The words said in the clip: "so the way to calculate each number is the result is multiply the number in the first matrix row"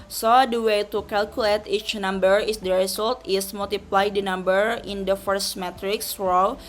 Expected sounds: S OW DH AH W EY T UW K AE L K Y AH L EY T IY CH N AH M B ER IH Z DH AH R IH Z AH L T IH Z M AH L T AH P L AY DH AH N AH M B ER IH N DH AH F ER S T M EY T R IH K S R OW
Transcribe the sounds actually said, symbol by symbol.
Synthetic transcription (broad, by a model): S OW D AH W EY T UW K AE L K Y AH L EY T IY CH N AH M B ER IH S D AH R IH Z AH L T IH S M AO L T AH P L AY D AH N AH M B ER IH N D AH F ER S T M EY T R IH K S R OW